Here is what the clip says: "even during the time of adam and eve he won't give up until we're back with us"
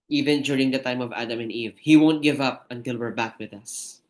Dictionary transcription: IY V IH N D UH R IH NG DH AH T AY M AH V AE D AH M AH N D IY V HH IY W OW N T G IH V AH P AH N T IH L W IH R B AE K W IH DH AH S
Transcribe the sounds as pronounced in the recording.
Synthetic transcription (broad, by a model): IY V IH N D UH R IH NG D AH T AY M AH V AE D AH M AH N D IY V HH IY W OW N T G IH V AH P AH N T IH L W IH R B AE K W IH DH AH S